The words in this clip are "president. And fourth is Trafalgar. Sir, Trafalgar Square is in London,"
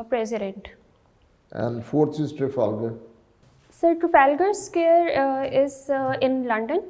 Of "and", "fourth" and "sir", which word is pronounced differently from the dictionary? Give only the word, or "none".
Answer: fourth